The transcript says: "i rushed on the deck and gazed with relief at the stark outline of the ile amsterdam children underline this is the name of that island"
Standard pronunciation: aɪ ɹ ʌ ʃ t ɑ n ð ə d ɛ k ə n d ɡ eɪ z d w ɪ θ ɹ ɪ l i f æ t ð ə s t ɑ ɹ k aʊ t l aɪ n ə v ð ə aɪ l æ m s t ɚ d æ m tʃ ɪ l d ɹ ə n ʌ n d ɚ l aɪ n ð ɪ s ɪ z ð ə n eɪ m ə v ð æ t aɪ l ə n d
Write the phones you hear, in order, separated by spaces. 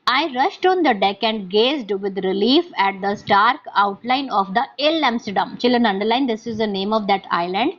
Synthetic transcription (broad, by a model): aɪ ɹ ʌ ʃ t ɑ n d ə d ɛ k ə n d ɡ eɪ z d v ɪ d ɹ ɪ l i f æ t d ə s t ɑ ɹ k aʊ t l aɪ n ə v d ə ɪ l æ m s t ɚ d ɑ m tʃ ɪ l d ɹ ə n ʌ n d ɚ l aɪ n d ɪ s ɪ z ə n eɪ m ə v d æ t aɪ l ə n d